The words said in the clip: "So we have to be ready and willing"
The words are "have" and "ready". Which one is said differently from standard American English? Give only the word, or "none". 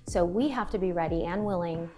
have